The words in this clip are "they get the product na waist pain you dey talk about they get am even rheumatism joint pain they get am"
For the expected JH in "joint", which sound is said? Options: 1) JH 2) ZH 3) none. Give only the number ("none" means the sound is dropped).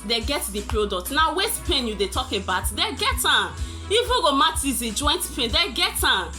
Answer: 1